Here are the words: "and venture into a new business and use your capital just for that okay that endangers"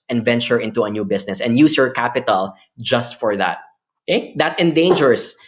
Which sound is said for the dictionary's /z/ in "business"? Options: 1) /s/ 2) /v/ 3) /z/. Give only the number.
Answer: 1